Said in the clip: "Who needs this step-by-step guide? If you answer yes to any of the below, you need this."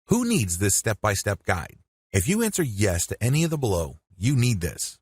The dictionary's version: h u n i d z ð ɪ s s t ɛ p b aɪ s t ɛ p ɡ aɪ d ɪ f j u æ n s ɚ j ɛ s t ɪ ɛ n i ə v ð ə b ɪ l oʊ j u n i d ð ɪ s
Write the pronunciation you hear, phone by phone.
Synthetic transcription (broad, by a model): h u n i d z ð ɪ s s t ɛ p b aɪ s t ɛ p ɡ aɪ d ɪ f j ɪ æ n s ɚ j ɛ s t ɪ ɛ n i ə v ð ə b ɪ l oʊ j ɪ n i d ð ɪ s